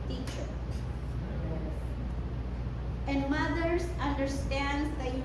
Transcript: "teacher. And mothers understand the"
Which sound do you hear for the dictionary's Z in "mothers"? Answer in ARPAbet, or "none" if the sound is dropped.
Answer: S